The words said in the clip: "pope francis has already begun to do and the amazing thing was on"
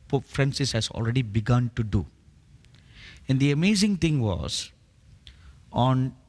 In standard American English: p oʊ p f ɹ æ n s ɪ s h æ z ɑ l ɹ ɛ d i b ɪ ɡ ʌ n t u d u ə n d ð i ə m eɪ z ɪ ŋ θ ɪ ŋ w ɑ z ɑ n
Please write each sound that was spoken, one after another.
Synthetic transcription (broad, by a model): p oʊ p f ɹ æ n s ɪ s h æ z ɑ l ɹ ɛ d i b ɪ ɡ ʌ n t u d u ə n d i ə m eɪ z ɪ ŋ t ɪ ŋ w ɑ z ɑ n